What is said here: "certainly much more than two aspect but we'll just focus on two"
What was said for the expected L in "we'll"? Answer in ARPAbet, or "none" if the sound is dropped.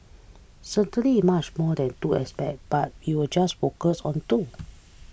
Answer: W